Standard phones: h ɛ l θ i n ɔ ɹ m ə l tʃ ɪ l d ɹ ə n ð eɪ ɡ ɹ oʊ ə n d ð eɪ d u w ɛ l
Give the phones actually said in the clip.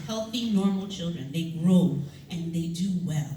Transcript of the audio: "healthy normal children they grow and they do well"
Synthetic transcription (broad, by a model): h ɛ l θ i n ɔ ɹ m l tʃ ɪ l d ɹ ə n ð eɪ ɡ ɹ oʊ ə n ð eɪ d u w ɛ l